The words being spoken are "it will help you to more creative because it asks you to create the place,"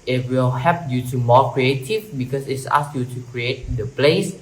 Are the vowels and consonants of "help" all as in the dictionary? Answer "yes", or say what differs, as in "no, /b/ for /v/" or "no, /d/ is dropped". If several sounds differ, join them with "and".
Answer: no, /l/ is dropped